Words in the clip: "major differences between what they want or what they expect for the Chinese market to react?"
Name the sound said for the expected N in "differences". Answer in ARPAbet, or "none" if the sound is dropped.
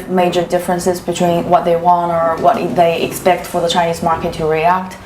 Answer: N